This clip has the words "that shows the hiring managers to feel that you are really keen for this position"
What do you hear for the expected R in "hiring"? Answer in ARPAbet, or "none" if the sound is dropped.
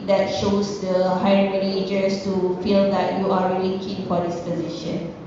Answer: none